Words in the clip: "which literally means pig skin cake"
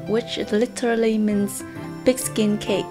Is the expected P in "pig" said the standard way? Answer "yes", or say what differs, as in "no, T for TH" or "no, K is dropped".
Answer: no, B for P